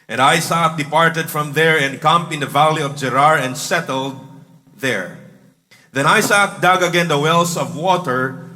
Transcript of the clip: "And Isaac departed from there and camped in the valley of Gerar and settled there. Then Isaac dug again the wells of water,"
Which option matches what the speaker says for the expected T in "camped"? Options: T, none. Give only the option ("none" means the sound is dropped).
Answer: none